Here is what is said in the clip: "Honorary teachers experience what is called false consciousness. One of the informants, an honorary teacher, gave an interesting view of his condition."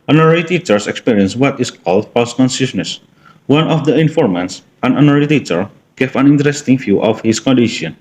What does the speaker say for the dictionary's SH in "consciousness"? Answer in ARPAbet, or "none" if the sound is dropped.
S